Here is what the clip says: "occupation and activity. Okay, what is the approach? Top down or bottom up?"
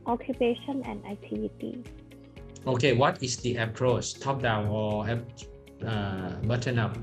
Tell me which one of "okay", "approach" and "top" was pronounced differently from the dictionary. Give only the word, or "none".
approach